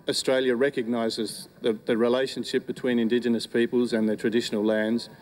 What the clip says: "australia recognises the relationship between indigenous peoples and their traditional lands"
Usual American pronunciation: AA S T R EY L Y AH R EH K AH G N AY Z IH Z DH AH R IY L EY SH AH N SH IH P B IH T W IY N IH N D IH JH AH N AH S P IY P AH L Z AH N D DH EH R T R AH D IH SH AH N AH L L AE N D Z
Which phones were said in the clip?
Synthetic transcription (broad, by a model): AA S T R EY L Y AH R EH K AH G N AY Z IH Z DH AH R IY L EY SH AH N SH IH P B IH T W IY N IH N D IH JH AH N AH S P IY P AH L Z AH N DH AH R T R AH D IH SH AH N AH L L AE N D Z